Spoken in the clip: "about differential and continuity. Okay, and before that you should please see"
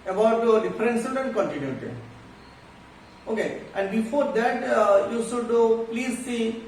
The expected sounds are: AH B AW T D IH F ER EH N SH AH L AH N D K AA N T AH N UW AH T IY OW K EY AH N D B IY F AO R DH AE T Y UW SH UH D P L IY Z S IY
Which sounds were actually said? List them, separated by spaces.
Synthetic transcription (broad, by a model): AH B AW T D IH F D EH N S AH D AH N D K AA N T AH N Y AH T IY OW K EY AH N D B IY F AO R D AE T Y UW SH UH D P L IY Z S IY